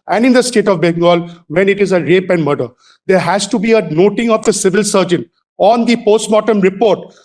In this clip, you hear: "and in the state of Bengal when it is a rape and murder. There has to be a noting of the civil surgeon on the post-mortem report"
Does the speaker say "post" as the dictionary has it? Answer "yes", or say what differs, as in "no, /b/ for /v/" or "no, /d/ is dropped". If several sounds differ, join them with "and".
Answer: yes